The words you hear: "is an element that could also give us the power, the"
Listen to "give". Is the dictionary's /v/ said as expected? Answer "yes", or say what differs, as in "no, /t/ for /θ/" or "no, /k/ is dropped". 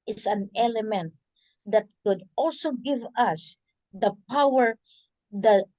yes